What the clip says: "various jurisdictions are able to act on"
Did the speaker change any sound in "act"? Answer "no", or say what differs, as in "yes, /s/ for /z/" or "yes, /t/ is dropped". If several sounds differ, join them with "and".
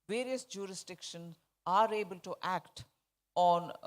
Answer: no